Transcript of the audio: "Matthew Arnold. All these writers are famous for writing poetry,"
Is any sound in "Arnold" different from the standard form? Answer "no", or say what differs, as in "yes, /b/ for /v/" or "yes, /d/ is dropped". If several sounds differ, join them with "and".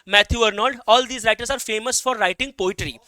yes, /l/ is dropped